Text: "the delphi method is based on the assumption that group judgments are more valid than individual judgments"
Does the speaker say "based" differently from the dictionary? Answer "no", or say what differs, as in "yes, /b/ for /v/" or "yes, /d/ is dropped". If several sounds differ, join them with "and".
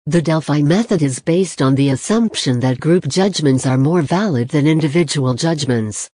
no